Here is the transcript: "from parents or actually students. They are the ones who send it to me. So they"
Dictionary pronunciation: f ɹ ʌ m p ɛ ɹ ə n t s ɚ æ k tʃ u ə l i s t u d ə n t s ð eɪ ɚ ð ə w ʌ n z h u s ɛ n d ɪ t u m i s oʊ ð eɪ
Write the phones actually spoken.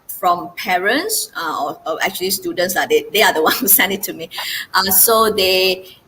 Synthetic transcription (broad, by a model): f ɹ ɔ m p ɛ ɹ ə n t s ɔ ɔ k tʃ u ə l i s t u d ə n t s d eɪ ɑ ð ə w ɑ n h u s ɛ n d ɪ t u m i s oʊ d eɪ